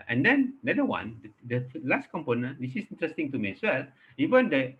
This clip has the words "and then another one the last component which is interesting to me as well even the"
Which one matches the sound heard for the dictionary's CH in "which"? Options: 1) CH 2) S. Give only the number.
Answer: 2